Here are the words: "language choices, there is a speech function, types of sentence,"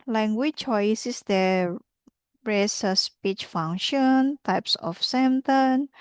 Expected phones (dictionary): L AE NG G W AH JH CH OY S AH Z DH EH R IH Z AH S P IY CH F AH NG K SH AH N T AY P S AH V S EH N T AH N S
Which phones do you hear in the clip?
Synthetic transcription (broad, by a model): L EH NG G W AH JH CH OY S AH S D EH R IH S AH S P IY CH F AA NG SH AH N T AY P S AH F S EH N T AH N